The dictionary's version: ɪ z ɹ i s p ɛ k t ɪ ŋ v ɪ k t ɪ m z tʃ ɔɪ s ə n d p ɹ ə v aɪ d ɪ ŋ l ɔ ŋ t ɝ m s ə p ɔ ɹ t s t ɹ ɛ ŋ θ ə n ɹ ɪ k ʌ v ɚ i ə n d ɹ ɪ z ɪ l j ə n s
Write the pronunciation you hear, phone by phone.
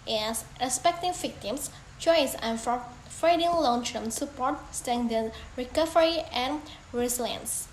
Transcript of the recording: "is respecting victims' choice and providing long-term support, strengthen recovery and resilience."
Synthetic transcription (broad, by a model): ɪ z ɹ i s p ɛ k t ɪ ŋ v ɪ k t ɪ m s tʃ ɔɪ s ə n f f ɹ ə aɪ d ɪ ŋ l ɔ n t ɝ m s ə p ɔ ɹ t s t ɛ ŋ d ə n ɹ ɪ k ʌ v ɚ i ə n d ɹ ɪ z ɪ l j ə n s